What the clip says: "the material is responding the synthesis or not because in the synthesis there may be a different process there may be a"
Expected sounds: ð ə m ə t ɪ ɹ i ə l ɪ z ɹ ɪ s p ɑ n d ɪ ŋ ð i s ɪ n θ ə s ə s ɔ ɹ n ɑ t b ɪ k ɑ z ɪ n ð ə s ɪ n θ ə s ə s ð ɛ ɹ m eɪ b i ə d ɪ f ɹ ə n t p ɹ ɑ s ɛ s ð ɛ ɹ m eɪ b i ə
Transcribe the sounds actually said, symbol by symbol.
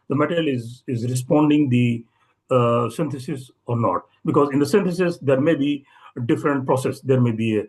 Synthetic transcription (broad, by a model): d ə m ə t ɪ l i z ɪ z ɹ ɪ s p ɑ n d ɪ ŋ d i s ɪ n t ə s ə s ɔ ɹ n ɑ t b ɪ k ɑ z ɪ n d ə s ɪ n t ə s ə s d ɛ ɹ m eɪ b i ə d ɪ f ɹ ə n t p ɹ ɑ s ɛ s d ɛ ɹ m eɪ b i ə